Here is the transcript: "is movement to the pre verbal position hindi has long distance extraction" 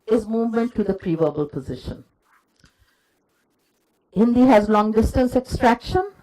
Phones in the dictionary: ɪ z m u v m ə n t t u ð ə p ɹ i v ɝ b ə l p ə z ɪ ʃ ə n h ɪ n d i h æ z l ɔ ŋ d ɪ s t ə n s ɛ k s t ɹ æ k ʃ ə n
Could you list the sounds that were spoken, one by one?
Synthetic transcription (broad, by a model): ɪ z m u v m ə n t t u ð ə p ɹ i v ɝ b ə l p ə z ɪ ʃ ə n h ɪ n d i h æ z l ɔ ŋ d ɪ s t ə n s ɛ k s t ɹ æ k ʃ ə n